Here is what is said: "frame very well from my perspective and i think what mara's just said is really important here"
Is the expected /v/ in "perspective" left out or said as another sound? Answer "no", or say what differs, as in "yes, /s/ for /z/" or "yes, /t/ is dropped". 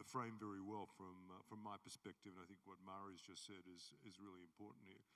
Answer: no